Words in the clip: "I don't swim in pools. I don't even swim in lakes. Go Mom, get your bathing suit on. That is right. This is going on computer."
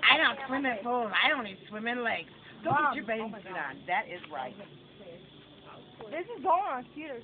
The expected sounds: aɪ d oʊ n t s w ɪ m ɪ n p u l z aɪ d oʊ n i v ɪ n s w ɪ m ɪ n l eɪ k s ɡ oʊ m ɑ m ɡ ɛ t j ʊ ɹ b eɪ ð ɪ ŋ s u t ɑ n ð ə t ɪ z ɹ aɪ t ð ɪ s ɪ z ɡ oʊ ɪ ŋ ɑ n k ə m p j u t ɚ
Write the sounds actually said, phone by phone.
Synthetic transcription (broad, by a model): aɪ d oʊ n t s w ɪ m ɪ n f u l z aɪ d oʊ n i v s w ɪ m ɪ n l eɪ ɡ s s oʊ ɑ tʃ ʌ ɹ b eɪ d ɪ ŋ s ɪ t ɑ n ð ə t ɪ z ɹ aɪ t ð ɪ s ɪ z ɡ oʊ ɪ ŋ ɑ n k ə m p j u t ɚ